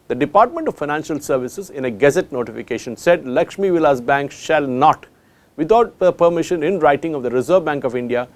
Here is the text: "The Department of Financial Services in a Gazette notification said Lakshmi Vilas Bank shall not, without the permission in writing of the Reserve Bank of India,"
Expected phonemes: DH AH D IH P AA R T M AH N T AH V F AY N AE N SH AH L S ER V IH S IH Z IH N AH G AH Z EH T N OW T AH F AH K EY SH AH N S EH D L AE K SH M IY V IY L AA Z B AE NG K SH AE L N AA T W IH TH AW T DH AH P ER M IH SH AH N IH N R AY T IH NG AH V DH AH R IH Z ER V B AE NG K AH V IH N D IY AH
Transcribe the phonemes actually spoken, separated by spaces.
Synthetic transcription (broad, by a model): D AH D IH P AA R T M AH N T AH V F AY N AE N SH AH L S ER V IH S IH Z IH N AH G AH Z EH T N OW T AH F AH K EY SH AH N S EH D L AE K SH M IY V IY L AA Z B AE NG K SH AE L N AA T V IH T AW T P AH P ER M IH SH AH N IH N R AY T IH NG AH V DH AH R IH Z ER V B AE NG K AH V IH N D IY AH